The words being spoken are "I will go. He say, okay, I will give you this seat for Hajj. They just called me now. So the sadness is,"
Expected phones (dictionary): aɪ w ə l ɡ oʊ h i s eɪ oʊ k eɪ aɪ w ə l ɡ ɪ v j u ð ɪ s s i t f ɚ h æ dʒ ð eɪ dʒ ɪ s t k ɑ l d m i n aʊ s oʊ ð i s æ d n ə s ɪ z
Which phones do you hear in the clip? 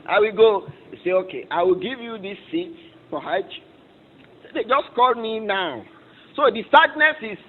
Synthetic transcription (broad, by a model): aɪ w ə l ɡ oʊ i s eɪ oʊ k eɪ aɪ w ə l ɡ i v j u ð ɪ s s i t p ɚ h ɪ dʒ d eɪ dʒ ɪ s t k ɑ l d m i n aʊ s oʊ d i s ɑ d n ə s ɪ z